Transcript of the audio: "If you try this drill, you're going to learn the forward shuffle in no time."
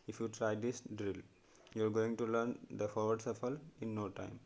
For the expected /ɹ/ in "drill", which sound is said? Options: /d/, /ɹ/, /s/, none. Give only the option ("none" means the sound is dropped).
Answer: /ɹ/